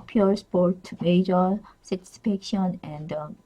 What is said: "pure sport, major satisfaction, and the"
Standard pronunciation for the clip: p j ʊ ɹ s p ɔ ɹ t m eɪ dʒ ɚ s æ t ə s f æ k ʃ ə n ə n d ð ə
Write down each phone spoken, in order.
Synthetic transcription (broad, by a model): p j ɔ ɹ s p ɔ ɹ t m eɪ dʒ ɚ s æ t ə s p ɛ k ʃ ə n ə n d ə